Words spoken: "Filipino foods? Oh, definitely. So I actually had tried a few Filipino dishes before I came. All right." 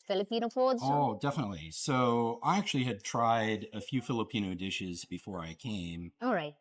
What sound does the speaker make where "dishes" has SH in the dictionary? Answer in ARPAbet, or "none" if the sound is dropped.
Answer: SH